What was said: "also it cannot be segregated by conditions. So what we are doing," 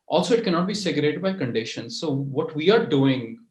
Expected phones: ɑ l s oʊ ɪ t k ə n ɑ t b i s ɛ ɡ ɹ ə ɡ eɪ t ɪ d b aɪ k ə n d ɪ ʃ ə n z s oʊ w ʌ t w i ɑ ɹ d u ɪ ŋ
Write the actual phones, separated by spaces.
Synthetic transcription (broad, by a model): ɑ l s oʊ ɪ t k ə n ɑ t b i s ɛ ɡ ə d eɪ t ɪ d b aɪ k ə n d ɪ ʃ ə n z s oʊ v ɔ t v i ɑ ɹ d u ɪ ŋ